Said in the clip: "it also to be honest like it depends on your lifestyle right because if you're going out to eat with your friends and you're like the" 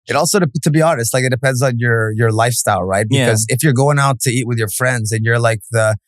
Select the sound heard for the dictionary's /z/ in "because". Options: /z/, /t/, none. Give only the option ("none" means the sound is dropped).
/z/